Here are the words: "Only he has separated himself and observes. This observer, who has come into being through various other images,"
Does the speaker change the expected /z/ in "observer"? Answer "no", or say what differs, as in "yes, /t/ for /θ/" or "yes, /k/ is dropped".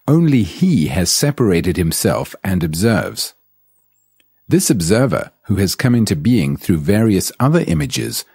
no